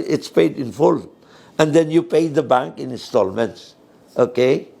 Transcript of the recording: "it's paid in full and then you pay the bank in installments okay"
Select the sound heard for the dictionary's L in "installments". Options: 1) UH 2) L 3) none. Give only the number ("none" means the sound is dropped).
2